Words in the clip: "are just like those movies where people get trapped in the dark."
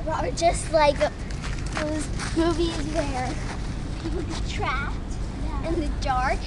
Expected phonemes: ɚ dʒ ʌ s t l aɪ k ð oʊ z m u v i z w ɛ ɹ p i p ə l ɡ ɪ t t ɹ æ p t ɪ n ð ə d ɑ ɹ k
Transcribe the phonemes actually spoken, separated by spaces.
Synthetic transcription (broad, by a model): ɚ dʒ ʌ s t l aɪ k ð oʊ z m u v i z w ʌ ɹ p i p l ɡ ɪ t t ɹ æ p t ɪ n ð ə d ɑ ɹ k